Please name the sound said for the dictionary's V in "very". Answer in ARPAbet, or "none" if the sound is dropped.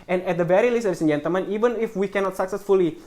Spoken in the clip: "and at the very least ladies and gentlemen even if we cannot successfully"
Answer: B